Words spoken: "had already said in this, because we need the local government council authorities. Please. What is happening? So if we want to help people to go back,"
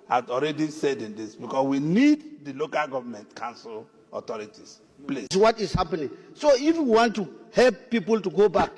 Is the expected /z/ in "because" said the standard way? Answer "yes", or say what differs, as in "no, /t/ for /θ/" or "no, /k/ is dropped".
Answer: no, /s/ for /z/